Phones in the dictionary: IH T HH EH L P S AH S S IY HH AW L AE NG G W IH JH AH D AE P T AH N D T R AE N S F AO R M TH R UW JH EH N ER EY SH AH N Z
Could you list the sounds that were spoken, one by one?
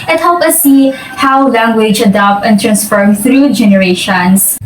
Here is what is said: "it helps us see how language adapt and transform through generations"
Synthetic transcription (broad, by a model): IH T HH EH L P AH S S IY HH AW L AE NG G W IH JH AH D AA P T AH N T R AE N S F AO R M TH R UW JH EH N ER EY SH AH N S